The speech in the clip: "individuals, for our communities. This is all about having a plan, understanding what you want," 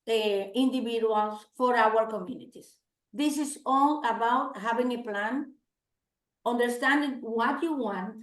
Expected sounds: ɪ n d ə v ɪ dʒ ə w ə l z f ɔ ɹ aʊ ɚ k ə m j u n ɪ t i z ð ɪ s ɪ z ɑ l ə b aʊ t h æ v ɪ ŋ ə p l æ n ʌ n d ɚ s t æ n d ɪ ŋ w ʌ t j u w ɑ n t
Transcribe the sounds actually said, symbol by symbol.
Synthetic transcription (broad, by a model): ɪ n d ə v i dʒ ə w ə l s f ɔ ɹ aʊ ɚ k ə m j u n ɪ t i s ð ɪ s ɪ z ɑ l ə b aʊ t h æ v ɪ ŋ ə p l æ n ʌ n d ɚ s t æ n d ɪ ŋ w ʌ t j u w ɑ n t